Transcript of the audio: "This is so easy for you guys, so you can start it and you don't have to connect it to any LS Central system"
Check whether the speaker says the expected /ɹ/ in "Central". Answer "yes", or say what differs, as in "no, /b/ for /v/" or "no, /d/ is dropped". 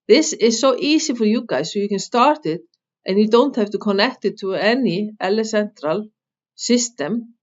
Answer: yes